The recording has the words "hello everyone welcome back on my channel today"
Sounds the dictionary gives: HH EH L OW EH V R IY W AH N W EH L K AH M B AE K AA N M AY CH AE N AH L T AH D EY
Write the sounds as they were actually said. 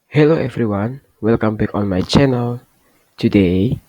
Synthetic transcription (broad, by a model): HH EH L OW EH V R IY W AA N W EH L K AH M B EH K AA N M AY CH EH N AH L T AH D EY